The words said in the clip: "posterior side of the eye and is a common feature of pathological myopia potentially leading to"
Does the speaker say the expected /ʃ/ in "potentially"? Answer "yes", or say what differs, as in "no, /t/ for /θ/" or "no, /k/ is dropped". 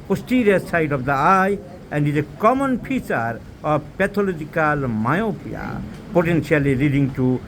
no, /s/ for /ʃ/